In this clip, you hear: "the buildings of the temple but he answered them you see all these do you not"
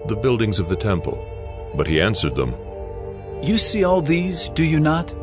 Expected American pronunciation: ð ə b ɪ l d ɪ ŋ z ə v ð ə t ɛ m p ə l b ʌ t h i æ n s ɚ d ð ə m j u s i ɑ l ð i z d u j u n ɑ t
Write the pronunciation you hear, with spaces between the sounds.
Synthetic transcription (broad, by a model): ð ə b ɪ l d ɪ ŋ z ə v ð ə t ɛ m p ə l b ʌ t h i æ n s ɚ d ð ə m j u s i ɑ l ð i z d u j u n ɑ t